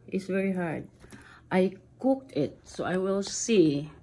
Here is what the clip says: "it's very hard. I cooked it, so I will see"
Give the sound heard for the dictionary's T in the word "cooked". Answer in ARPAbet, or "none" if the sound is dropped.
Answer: T